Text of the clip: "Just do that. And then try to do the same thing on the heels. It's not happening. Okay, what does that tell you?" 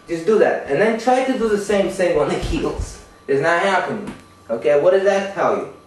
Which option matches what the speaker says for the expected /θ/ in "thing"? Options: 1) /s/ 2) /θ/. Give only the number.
1